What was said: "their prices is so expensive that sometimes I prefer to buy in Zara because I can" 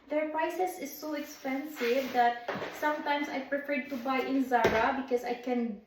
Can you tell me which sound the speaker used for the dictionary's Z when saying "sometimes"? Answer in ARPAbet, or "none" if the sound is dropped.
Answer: S